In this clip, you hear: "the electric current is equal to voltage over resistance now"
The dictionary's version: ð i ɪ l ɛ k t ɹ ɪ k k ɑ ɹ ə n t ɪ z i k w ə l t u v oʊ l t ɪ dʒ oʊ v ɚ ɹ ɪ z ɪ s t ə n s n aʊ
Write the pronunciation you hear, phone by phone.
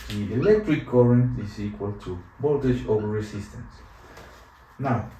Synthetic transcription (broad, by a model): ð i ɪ l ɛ k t ɹ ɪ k k ɑ ɹ ə n t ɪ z i k w ə l t u b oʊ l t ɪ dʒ oʊ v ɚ ɹ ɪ s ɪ s t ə n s n aʊ